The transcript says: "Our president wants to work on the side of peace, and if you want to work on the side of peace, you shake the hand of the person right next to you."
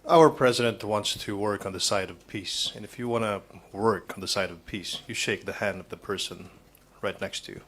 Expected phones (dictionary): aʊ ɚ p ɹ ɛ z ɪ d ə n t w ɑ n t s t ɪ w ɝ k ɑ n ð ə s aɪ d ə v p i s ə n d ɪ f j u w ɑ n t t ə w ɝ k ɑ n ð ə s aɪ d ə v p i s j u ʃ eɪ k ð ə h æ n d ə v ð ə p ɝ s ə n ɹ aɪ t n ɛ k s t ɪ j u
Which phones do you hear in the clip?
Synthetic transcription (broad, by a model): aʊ ɚ p ɹ ɛ z ɪ d ə n t w ɑ n t s t ɪ w ɝ k n ð ə s aɪ d ə v p i s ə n ɪ f j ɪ w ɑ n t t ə w ɝ k n ð ə s aɪ d ə v p i s j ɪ ʃ eɪ k ð ə h æ n d ə v ð ə p ɝ s ə n ɹ aɪ t n ɛ k s t ɪ j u